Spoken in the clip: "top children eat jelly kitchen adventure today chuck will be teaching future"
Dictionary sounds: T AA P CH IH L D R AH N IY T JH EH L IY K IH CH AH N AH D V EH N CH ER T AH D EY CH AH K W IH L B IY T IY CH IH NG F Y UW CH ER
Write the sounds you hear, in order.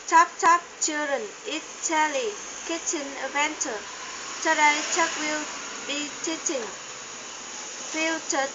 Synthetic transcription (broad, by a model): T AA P CH IH L D R AH N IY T CH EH L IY K IH CH AH N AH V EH N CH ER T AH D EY CH AH K W IH L B IY T IY CH IH NG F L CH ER